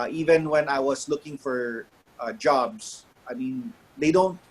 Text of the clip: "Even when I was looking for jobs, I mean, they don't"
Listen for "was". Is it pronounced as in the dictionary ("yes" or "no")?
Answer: no